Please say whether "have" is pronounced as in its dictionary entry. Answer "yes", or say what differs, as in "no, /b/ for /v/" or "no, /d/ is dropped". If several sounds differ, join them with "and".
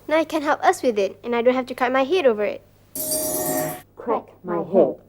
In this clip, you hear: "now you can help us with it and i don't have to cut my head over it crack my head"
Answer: no, /f/ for /v/